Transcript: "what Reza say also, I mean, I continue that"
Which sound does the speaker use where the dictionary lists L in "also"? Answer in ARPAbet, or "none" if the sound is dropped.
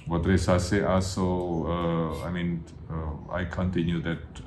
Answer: none